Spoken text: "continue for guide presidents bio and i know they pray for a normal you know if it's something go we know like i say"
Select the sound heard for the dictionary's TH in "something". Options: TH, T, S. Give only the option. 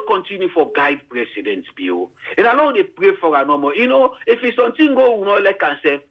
T